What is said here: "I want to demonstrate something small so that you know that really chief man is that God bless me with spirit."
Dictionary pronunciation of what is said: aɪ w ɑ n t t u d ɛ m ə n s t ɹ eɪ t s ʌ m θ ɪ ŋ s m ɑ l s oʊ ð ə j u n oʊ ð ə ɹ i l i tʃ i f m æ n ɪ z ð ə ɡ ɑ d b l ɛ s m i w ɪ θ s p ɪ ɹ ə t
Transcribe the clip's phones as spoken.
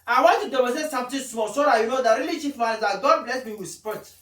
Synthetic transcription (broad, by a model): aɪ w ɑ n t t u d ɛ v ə s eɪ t s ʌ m t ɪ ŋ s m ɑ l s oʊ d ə j u n oʊ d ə ɹ i l i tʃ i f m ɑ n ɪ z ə ɡ ɑ d b l ɛ s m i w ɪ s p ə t